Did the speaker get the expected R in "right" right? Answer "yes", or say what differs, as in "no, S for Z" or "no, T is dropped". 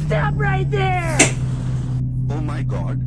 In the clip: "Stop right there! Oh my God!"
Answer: yes